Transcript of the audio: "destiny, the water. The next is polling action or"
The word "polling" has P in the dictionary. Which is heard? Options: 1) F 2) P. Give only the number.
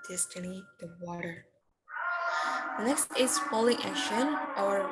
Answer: 1